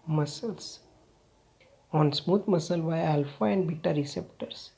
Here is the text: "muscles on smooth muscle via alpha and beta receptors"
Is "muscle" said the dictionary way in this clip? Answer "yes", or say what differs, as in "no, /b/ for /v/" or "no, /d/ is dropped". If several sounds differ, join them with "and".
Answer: yes